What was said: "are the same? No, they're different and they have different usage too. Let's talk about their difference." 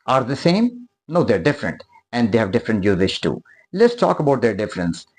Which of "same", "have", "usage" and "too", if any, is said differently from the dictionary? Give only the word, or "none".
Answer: usage